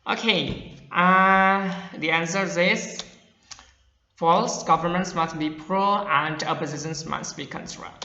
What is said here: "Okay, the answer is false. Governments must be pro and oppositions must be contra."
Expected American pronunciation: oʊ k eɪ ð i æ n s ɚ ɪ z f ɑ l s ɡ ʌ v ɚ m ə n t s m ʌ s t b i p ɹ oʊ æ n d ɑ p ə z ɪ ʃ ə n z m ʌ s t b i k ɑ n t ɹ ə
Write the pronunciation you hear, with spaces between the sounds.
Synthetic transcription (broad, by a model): oʊ k eɪ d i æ n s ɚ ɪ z f ɑ l s ɡ ʌ v ɚ m ə n t s m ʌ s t b i p ɹ oʊ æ n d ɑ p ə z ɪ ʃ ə n s m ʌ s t b i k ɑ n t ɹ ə